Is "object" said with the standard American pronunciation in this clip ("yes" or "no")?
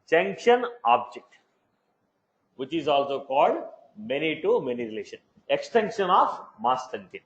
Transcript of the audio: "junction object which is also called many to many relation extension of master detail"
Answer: yes